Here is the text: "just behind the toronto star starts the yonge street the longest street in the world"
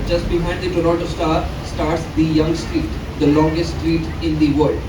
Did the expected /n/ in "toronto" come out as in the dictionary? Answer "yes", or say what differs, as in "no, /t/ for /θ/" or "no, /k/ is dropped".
no, /l/ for /n/